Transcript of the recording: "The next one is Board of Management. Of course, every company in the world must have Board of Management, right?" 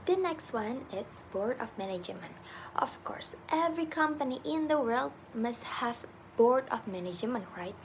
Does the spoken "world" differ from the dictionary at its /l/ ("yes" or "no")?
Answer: no